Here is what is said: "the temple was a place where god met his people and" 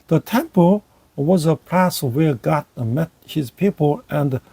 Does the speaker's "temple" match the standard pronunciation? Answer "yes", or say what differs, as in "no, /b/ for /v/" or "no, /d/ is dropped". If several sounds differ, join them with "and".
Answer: yes